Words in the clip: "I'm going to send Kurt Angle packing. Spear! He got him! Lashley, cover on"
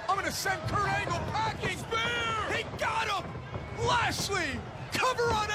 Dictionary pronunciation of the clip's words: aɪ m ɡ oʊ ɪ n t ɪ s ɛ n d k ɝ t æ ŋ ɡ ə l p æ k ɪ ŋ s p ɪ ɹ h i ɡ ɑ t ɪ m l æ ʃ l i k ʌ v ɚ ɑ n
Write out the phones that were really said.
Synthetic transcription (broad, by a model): aɪ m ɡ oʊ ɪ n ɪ s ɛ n k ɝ æ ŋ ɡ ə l p æ k ɪ ŋ h i ɡ ɑ t ɪ m l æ s l i k ʌ v ɚ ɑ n